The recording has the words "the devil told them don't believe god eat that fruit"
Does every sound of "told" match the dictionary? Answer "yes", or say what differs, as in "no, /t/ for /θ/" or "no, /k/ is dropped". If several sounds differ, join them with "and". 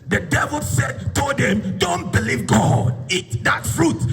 no, /l/ is dropped